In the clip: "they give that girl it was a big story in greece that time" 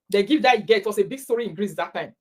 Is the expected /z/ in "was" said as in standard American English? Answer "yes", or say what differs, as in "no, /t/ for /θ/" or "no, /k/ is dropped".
no, /s/ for /z/